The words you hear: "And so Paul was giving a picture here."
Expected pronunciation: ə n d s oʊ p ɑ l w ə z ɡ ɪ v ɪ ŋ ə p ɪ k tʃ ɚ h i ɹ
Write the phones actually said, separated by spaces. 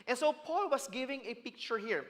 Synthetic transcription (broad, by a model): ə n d s oʊ p ɑ l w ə s ɡ ɪ v ɪ ŋ ə p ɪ k tʃ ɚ h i ɹ